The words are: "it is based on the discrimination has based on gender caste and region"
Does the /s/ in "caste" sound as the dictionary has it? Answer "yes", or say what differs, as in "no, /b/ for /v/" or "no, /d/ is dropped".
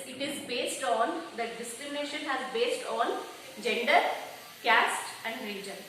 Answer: yes